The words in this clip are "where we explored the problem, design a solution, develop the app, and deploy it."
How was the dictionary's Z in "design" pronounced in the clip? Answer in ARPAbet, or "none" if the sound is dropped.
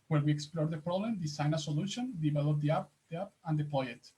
S